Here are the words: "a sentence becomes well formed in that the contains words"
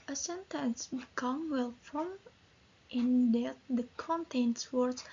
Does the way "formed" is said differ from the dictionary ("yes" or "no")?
yes